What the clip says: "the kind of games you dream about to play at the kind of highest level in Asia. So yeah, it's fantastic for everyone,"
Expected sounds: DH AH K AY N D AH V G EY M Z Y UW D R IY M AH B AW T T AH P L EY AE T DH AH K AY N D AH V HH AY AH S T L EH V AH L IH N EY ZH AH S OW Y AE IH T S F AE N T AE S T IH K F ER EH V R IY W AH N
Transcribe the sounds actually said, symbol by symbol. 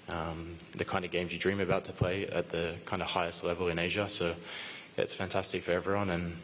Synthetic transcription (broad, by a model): DH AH K AY N D AH V G EY M Z Y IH D R IY M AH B AW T T AH P L EY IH T DH AH K AY N D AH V HH AY AH S T L EH V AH L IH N EY ZH AH S OW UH IH T S F AE N T AE S T IH K F ER EH V R IY W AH N